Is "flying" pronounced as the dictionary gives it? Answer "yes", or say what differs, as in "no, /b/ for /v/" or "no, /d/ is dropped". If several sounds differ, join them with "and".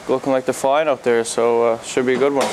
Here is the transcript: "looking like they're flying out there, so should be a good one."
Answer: no, /l/ is dropped